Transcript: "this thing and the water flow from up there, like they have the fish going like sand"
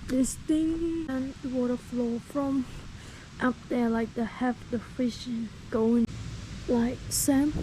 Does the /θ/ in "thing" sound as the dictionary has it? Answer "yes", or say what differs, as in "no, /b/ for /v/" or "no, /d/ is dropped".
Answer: no, /t/ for /θ/